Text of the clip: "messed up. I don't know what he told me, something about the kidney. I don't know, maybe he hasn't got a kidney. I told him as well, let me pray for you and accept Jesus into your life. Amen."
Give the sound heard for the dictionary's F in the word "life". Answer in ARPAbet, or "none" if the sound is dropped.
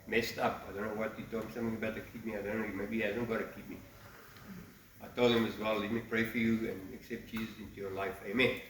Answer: F